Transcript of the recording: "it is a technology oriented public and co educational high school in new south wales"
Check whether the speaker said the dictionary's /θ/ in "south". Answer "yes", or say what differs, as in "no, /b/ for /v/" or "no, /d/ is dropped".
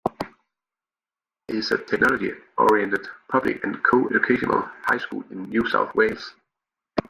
yes